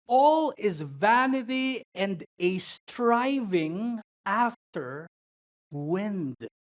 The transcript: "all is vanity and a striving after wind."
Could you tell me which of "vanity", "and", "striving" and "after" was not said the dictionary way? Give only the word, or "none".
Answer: none